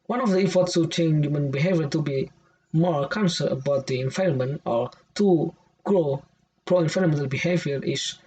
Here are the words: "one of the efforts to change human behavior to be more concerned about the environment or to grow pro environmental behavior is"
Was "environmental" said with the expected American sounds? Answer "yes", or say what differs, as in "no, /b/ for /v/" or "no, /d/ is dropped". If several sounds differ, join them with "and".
no, /f/ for /v/ and /n/ is dropped